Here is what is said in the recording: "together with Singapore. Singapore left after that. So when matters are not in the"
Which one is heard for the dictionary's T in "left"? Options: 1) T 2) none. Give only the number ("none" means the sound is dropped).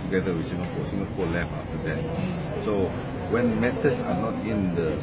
2